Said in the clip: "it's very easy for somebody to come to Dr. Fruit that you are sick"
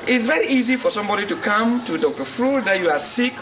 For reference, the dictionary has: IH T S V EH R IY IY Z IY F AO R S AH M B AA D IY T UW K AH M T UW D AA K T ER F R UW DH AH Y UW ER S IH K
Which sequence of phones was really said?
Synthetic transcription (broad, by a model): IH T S V EH R IY IY Z IY F AO R S AH M B AA D IY T UW K AH M T UW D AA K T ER F R UW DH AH Y UW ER S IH K